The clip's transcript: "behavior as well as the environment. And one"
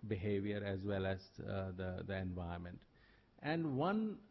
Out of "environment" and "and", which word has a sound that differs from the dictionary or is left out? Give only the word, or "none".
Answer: environment